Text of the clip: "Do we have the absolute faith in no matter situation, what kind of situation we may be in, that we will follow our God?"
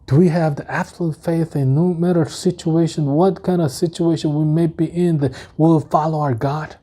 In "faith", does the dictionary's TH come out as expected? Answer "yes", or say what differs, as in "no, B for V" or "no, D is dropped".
yes